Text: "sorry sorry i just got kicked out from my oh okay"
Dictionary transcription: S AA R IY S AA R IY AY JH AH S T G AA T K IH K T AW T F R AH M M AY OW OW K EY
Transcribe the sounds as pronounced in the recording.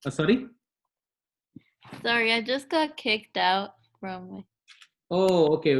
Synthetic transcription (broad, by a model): S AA R IY S AA R IY AY JH AH S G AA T K IH K T AW T F R AH M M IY OW OW K EY